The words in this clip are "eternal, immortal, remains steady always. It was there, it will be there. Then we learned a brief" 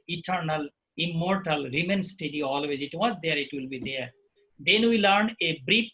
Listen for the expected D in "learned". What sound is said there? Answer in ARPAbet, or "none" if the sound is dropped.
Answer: none